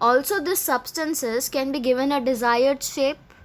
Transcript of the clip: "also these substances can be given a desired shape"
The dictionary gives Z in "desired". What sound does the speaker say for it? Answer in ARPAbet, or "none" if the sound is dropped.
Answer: Z